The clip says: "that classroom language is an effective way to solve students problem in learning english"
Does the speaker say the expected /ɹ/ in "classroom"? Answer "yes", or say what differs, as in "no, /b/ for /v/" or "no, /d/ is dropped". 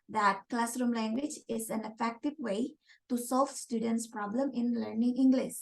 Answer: yes